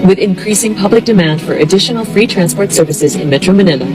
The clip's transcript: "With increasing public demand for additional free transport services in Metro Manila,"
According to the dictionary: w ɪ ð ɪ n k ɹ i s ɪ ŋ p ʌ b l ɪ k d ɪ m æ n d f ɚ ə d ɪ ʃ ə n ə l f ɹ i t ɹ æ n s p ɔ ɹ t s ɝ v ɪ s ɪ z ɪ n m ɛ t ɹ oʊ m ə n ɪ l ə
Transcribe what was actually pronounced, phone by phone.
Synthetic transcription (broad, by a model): w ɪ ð ɪ n k ɹ i s ɪ ŋ p ʌ b l ɪ k d ɪ m æ n d f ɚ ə d ɪ ʃ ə n l f ɹ i t ɹ æ n s p ɔ ɹ t s ɝ v ɪ s ɪ z ɪ n m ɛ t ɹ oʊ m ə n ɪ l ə